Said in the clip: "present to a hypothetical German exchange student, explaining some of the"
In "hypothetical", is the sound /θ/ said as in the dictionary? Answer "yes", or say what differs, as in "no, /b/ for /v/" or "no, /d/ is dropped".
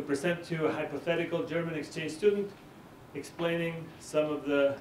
yes